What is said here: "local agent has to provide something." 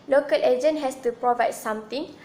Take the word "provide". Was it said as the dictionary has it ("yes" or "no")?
yes